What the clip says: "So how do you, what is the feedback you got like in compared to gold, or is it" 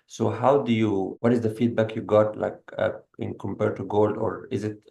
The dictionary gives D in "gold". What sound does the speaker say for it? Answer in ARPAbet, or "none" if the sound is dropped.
D